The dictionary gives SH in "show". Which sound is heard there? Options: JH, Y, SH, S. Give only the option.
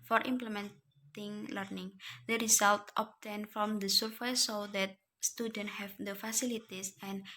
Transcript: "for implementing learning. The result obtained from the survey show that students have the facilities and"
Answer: S